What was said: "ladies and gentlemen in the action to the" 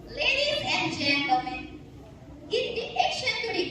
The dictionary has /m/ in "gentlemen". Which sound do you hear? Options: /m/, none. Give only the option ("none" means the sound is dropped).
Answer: /m/